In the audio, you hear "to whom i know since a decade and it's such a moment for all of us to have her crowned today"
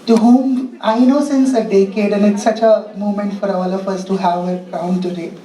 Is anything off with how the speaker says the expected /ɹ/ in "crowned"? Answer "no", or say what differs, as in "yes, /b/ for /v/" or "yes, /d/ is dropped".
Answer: yes, /ɹ/ is dropped